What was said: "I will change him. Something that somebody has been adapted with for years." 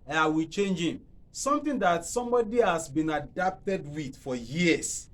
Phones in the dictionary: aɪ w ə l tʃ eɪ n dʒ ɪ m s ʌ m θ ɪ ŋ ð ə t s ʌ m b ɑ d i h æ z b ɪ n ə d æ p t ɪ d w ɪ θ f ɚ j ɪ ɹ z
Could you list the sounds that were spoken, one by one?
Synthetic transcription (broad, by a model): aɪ w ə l tʃ eɪ n dʒ ɪ m s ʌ m t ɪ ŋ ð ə t s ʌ m b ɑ d i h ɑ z b ɪ n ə d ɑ p t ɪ d w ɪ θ f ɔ j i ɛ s